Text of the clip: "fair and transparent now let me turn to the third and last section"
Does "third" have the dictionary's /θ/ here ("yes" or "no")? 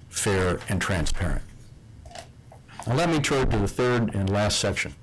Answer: yes